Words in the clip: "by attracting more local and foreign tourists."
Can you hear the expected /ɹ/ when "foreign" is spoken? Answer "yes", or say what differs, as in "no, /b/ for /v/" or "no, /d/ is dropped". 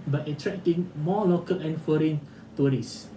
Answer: yes